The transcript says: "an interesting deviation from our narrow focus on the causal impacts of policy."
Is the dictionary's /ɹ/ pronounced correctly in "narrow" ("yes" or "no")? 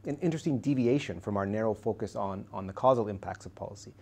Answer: yes